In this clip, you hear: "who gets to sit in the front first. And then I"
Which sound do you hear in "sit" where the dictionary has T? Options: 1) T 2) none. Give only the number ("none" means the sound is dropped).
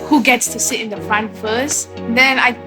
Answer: 1